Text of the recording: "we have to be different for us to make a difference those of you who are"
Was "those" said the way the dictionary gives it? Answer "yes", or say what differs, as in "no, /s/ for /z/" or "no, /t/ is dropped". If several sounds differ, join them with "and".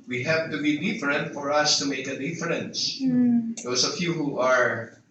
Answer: no, /s/ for /z/